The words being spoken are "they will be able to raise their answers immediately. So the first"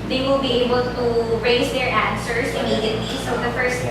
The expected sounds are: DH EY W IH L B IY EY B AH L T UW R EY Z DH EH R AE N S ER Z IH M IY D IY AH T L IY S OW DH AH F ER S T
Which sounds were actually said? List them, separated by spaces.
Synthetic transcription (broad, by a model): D EY W IH L B IY EY B AH L T UW R EY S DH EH R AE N S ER S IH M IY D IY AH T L IY S OW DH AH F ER S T